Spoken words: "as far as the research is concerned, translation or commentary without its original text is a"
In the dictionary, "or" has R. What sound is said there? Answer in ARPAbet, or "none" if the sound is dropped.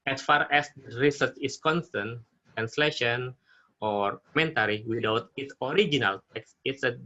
R